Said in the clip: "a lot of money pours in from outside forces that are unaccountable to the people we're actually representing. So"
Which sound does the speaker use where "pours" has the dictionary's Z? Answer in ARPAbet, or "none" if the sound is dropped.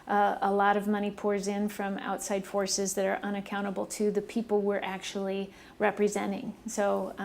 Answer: Z